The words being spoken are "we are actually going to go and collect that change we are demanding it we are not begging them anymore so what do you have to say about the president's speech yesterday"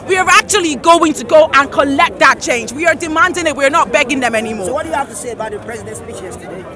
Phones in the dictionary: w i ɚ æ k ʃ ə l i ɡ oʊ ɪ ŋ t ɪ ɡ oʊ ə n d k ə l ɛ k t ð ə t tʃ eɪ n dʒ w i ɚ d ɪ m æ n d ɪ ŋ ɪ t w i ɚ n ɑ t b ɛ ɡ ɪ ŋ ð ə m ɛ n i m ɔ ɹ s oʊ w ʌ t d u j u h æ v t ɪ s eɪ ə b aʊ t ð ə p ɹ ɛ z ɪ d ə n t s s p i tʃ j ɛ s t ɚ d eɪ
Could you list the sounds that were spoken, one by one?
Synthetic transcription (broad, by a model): w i ɚ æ k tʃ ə l i ɡ oʊ ɪ ŋ t ɪ ɡ oʊ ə n k ə l ɛ k t ð ə t tʃ eɪ n dʒ w i ɚ d ɪ m æ n d ɪ ŋ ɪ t w i ɚ n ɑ t b ɛ ɡ ɪ ŋ ð ə m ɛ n i m ɔ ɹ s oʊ w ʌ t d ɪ j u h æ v t ɪ s eɪ ə b aʊ t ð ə p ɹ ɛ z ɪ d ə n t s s i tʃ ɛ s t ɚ